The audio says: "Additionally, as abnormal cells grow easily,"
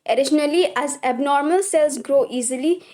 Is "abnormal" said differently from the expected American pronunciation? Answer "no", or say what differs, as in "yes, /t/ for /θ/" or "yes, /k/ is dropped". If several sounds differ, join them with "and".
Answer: no